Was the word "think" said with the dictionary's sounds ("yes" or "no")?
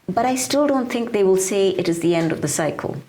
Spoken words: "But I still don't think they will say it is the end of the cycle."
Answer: yes